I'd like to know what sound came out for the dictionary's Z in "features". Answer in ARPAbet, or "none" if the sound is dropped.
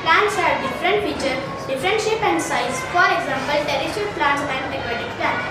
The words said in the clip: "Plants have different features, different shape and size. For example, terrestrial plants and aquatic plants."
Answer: none